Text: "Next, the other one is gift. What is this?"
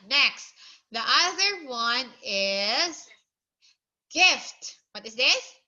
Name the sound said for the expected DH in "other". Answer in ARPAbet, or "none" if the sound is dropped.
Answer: DH